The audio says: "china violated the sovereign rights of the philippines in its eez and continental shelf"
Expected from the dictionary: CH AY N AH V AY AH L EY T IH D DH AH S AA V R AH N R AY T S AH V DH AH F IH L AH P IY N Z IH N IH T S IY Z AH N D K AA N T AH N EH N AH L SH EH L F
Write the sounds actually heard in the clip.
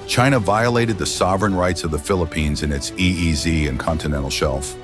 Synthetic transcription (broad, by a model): CH AY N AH V AY AH L EY T IH D DH AH S AA V R AH N R AY T S AH V DH AH F IH L AH P IY N Z IH N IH T S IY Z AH N K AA N T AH N EH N L SH EH L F